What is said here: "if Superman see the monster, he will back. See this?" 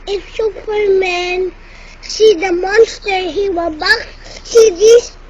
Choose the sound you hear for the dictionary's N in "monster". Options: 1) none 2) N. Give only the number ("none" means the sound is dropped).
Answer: 2